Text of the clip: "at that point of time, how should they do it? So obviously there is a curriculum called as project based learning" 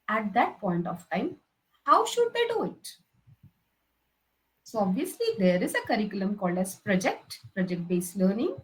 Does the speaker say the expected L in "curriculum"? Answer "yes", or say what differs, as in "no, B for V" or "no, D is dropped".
yes